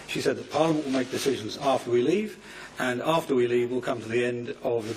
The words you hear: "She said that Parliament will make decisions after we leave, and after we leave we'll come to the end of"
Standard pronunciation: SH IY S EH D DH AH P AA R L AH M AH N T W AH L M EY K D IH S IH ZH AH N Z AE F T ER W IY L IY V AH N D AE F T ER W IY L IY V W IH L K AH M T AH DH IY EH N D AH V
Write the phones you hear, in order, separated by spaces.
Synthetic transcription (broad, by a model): SH IY S EH D DH AH P AA R L AH M AH N T W AH L M EY K D IH S IH ZH AH N Z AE F T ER W IY L IY V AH N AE F T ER W IY L IY V W IH L K AH M T AH DH IY EH N D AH V